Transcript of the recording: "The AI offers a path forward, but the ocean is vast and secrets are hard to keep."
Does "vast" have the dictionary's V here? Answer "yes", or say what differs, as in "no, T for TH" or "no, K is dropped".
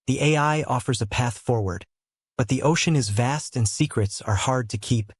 yes